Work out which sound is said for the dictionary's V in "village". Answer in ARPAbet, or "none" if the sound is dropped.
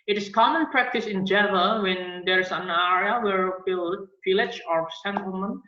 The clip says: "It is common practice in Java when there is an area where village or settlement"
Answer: F